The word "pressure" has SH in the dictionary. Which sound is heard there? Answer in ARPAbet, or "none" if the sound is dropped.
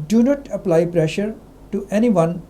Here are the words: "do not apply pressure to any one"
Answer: SH